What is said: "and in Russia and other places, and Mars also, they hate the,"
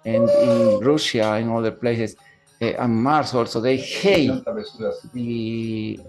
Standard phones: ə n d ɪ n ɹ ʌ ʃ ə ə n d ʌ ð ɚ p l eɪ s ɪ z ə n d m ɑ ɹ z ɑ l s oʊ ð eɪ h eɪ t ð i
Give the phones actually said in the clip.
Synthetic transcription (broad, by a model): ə n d ɪ n ɹ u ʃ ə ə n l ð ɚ p l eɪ s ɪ s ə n m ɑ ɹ s ɑ l s oʊ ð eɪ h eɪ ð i